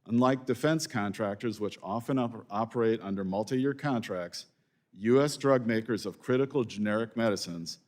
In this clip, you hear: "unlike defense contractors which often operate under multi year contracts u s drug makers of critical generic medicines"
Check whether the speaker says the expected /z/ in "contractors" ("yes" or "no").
yes